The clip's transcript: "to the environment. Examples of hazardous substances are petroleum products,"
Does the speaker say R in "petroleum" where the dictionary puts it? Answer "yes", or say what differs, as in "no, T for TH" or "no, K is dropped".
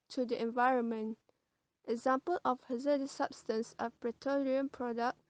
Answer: no, R is dropped